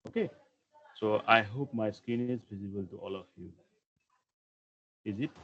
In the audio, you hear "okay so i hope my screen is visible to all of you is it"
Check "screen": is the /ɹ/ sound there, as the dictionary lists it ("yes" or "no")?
no